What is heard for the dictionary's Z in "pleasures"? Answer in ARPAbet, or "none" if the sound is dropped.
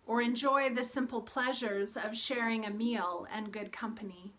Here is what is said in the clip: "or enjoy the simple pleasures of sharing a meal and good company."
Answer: Z